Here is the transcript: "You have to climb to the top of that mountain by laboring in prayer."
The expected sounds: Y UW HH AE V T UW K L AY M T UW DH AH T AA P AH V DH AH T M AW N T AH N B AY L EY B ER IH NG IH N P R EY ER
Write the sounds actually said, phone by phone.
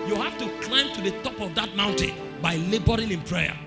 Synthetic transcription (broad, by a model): Y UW HH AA F T UW K L AY M T UW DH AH T AA P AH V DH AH T M AW N T AH N B AY L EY B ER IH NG IH N P R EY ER